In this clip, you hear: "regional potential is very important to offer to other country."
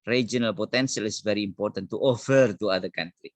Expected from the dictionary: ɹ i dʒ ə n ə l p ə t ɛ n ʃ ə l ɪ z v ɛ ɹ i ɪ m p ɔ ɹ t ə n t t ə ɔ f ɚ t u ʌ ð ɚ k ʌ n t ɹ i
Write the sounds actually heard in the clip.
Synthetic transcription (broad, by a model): ɹ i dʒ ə n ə l p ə t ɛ n s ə l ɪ s v ɛ ɹ i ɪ m p ɔ ɹ t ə n t t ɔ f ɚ t u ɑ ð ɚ k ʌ n t ɹ i